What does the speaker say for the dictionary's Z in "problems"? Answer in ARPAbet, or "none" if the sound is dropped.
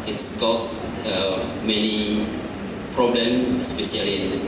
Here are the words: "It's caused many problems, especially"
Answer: none